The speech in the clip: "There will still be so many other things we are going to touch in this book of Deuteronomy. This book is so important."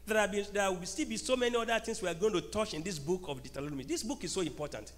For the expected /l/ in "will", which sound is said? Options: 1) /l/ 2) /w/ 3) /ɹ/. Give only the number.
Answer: 2